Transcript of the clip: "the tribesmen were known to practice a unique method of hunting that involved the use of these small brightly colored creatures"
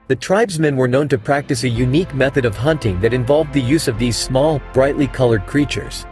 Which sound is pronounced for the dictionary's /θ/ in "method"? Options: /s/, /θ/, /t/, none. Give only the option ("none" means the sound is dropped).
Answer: /θ/